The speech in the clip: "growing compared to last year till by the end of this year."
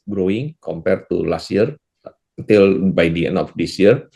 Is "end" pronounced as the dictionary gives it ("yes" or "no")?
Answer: no